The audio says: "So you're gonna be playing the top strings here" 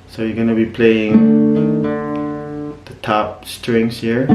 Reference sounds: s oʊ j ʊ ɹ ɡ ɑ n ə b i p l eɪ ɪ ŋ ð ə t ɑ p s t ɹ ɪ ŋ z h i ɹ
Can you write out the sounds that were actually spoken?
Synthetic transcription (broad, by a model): s oʊ j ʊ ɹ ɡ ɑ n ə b i p l eɪ ɪ ŋ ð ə t ɑ p s t ɹ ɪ ŋ s h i ɹ